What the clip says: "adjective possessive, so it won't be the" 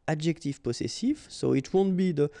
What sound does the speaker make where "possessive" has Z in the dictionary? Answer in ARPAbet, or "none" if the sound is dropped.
S